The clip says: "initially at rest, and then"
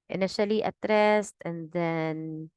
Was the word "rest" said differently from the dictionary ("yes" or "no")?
no